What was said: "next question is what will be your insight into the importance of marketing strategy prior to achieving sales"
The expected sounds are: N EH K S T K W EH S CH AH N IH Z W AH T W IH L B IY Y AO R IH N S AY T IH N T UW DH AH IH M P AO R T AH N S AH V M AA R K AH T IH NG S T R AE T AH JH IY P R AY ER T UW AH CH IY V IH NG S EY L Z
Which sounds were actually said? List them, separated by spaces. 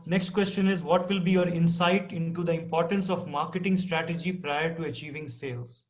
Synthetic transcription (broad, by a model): N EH K S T K W EH S CH AH N IH Z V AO T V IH L B IY Y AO R IH N S AY T IH N T UW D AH IH M P AO R T AH N S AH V M AA R K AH T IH NG S T R AE T AH JH IY P R AY ER T UW AH CH IY V IH NG S EY L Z